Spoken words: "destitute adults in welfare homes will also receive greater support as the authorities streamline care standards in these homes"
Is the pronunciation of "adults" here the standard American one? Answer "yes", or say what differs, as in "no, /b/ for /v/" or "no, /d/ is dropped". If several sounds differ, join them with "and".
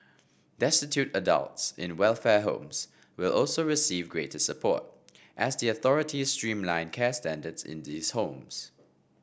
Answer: yes